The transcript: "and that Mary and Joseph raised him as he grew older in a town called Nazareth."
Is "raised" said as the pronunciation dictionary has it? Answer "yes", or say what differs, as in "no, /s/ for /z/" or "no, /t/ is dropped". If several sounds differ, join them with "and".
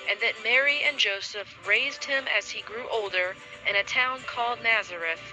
yes